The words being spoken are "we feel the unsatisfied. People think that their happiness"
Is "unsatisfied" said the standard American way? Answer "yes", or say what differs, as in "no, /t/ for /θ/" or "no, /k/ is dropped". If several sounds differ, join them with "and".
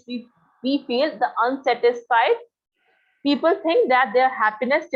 yes